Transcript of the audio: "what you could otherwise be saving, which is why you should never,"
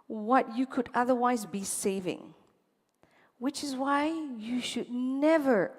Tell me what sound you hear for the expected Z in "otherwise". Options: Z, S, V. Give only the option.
Z